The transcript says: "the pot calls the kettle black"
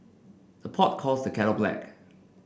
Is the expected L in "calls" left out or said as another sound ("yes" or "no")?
yes